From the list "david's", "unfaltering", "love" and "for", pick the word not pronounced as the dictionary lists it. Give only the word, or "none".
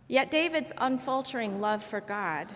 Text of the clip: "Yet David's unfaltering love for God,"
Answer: none